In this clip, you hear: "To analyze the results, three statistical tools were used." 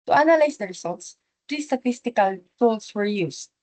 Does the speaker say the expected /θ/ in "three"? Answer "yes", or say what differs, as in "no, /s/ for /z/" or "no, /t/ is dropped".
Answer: no, /t/ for /θ/